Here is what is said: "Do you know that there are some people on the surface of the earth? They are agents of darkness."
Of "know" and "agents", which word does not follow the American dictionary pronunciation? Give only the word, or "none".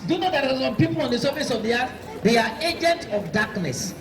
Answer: agents